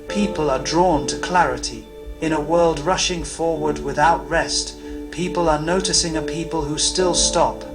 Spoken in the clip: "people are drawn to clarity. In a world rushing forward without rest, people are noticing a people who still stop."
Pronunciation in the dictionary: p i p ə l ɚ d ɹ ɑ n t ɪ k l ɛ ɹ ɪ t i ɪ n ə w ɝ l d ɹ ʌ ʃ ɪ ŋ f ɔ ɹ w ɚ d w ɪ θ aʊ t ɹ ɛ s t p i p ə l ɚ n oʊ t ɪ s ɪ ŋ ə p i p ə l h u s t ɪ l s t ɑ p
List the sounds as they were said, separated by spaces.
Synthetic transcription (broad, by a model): p i p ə l ɚ d ɹ ɑ n t ɪ k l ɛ ɹ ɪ t i ɪ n ə w ɝ l d ɹ ʌ ʃ ɪ ŋ f ɔ ɹ w ɚ d w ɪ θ aʊ t ɹ ɛ s t p i p ə l ɚ n oʊ t ɪ s ɪ ŋ ə p i p ə l h u s t ɪ l s t ɑ p